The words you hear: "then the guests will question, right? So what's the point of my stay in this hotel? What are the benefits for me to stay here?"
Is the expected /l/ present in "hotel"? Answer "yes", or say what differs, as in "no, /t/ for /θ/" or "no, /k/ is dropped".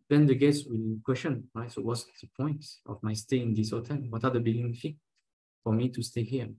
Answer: no, /n/ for /l/